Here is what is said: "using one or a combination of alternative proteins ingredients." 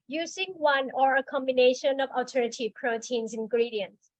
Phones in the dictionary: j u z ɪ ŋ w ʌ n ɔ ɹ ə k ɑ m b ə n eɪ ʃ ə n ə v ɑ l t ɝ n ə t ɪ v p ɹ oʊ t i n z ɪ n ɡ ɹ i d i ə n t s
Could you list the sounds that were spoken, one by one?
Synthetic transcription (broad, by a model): j u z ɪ ŋ w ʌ n ɔ ɹ ə k ɑ m b ə n eɪ ʃ ə n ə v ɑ t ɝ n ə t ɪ p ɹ oʊ t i n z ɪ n ɡ ɹ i d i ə n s